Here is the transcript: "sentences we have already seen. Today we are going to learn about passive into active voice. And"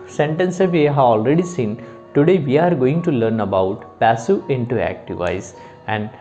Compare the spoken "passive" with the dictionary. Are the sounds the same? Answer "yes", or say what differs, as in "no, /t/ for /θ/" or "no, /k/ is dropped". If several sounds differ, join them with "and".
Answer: no, /v/ is dropped